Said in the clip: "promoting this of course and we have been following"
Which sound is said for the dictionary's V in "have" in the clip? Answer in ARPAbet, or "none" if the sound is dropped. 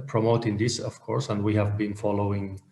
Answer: V